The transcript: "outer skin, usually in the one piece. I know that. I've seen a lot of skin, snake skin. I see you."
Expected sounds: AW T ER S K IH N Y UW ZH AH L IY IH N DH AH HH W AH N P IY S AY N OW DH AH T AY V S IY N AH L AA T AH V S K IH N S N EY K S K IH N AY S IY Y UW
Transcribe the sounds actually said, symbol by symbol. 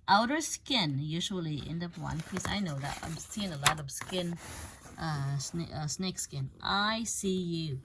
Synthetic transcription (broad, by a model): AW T ER S K IH N Y UW ZH AH L IY IH N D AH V W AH N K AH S AY N OW DH AH T AY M S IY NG AH L AA T AH V S K IH N S N EY K S K IH N AY S IY Y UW